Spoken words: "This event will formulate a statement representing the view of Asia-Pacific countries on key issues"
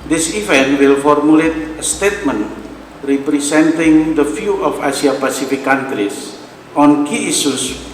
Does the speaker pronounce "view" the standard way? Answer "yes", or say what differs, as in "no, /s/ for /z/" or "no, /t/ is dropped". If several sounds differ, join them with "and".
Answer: no, /f/ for /v/